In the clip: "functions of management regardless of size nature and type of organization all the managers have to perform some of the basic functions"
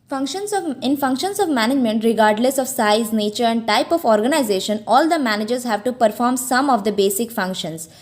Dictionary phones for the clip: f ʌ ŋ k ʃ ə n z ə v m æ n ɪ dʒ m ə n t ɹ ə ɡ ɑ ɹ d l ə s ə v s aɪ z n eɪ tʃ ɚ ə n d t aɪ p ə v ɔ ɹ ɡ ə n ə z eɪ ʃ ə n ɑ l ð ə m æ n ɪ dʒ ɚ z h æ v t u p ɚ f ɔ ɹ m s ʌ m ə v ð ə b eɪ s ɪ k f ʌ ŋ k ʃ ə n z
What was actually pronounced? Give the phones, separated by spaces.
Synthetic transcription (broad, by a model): f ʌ ŋ k ʃ ə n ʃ ə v m æ n ɪ dʒ m ə n t ɹ ə ɡ ɑ ɹ d l ə s ə v s aɪ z n eɪ tʃ ɚ ə n d t aɪ p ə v ɔ ɹ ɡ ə n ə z eɪ ʃ ə n ɑ l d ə m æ n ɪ dʒ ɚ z h æ v t u p ɚ f ɔ ɹ m s ʌ m ə v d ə b eɪ s ɪ k f ʌ ŋ k ʃ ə n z